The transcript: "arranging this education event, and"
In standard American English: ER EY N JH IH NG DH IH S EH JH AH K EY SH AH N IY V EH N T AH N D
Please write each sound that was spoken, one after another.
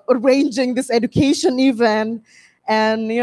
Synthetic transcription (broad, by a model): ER EY N JH IH NG DH IH S EH JH AH K EY SH AH N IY V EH N AH N